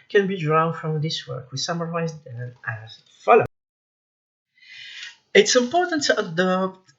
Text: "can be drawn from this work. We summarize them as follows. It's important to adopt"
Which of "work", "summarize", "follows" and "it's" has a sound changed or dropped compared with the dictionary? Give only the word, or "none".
follows